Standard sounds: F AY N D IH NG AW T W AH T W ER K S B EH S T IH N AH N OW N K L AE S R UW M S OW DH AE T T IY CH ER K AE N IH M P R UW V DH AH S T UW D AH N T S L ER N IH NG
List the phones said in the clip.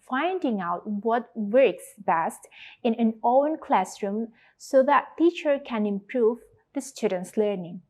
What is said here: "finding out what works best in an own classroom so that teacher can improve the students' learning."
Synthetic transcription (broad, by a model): F AY N D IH NG AW T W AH T W ER K S B EH S T IH N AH N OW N K L AE S R UW M S OW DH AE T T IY CH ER K AE N IH M P R UW V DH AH S T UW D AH N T S L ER N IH NG